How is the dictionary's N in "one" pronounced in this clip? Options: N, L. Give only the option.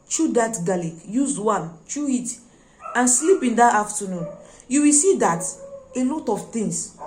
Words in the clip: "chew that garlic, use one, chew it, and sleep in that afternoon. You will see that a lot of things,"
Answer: L